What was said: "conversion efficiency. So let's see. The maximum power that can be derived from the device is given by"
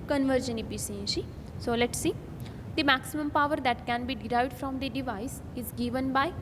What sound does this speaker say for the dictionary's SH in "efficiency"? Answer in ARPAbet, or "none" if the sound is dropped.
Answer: S